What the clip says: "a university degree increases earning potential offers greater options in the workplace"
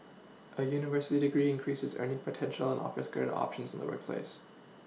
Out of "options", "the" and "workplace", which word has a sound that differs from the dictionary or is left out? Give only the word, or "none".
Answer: none